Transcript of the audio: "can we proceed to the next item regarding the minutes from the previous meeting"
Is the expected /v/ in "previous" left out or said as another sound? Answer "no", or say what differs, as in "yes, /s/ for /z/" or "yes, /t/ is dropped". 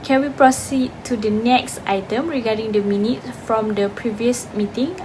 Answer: no